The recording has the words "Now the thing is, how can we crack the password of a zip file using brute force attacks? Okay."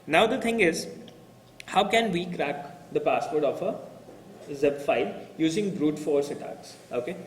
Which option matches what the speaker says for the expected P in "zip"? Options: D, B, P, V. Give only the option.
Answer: B